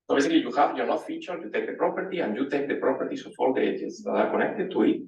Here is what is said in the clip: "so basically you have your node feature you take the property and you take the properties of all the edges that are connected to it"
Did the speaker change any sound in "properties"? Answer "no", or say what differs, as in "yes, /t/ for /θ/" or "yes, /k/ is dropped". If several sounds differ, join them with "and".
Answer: yes, /s/ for /z/